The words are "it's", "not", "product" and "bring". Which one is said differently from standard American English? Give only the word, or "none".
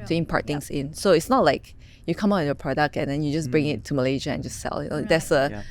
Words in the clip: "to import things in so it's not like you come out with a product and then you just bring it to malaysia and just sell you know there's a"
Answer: none